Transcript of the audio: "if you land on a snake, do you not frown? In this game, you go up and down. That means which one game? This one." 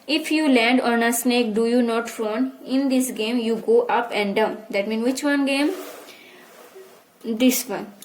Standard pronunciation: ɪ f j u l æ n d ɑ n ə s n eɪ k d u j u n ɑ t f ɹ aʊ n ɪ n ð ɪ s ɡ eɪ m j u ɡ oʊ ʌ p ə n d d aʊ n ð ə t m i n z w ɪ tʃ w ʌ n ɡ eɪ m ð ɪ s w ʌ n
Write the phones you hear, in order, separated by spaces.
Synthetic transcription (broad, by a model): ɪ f j u l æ n d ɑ n ə s n eɪ k d u j u n ɑ t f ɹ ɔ n ɪ n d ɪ s ɡ eɪ m j u ɡ oʊ ʌ p ə n d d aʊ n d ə t m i n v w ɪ tʃ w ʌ n ɡ eɪ m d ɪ s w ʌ n